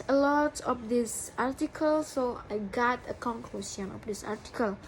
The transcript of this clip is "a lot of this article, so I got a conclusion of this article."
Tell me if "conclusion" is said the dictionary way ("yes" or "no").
no